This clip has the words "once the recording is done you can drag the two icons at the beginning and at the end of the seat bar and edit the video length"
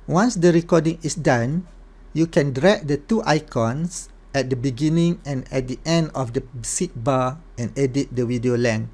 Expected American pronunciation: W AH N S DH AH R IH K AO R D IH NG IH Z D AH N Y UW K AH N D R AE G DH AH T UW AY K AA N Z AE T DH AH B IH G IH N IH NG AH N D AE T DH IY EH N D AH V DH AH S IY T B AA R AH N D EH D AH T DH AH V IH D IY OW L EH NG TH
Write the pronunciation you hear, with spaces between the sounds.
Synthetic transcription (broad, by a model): W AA N S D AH R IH K AO D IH NG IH S D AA N Y UW K AH N D R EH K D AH T UW AY K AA N S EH T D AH B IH G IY N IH NG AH N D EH T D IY EH N D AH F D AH S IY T B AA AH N EH D AH T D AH W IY D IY OW L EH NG